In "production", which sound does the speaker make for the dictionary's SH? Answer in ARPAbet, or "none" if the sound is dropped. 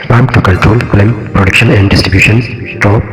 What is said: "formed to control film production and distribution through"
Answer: SH